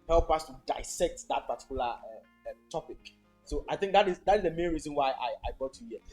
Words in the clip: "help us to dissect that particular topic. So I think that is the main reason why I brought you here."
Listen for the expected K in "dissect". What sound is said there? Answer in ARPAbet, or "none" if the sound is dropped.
K